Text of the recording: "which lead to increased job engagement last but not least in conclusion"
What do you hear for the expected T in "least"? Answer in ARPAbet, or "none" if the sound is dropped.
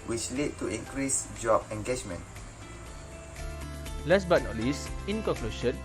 none